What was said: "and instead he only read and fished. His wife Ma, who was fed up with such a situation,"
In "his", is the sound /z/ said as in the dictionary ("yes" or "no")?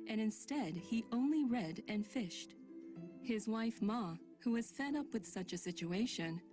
yes